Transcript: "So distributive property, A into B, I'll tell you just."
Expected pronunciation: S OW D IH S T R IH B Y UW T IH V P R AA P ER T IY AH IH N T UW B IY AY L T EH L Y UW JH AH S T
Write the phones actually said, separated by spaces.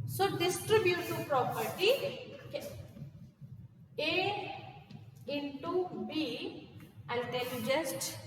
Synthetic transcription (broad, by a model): S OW D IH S T R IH B Y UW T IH P R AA P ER T IY AH IH N T UW B IY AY N T EH L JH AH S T